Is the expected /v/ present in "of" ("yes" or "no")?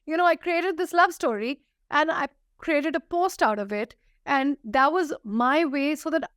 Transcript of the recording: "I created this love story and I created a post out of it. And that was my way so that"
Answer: yes